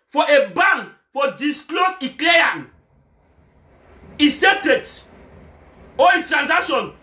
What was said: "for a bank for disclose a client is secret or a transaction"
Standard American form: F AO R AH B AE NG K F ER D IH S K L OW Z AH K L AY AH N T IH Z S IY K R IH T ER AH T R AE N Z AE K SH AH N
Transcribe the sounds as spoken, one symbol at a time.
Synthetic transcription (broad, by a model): F AO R AH B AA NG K F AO D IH S K L OW S AH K L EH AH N IH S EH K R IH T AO AH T R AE N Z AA K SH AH N